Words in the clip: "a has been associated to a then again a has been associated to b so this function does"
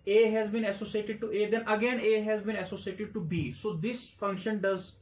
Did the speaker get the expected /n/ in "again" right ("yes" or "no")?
yes